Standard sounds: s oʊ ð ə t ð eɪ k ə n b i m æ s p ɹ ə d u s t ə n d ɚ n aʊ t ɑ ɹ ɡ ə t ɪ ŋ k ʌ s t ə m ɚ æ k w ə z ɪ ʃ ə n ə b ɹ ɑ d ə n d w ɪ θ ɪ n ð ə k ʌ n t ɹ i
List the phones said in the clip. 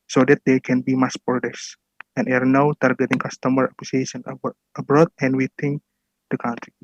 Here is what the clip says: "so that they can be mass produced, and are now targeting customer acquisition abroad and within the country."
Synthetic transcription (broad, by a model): s oʊ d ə t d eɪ k ə n b i m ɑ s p ə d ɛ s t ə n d ɚ n aʊ t ɑ ɹ ɡ ə t ɪ ŋ k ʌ s t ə m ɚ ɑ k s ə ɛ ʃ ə n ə b ɹ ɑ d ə n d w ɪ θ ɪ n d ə k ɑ n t ɹ i